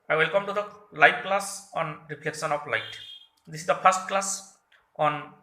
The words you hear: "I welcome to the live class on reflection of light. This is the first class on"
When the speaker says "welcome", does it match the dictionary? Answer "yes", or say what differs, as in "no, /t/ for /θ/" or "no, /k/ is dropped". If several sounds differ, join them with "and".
yes